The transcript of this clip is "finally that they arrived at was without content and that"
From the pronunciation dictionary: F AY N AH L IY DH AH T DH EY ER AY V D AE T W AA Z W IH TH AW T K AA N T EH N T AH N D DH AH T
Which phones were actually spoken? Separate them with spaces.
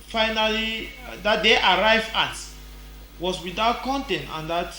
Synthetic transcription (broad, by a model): F AY N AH L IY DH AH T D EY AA AY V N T W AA S W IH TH AW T K AA N T EH N T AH N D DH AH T